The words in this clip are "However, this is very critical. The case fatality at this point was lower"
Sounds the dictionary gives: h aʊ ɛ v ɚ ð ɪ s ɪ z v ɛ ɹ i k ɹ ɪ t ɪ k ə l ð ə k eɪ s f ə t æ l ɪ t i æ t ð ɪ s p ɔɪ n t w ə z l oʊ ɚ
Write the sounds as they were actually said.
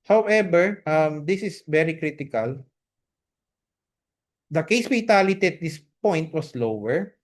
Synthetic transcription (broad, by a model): h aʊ ɛ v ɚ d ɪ s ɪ s v ɛ ɹ i k ɹ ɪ t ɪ k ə l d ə k eɪ s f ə t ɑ l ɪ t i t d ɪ s p ɔɪ n t w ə s l oʊ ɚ